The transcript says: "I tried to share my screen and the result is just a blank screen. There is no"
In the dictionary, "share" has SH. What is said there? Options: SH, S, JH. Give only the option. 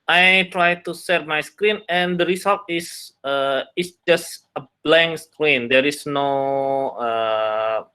S